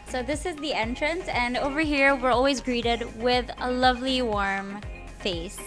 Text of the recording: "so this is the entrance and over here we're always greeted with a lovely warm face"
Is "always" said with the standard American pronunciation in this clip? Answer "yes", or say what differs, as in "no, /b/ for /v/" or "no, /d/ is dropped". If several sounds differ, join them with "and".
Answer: yes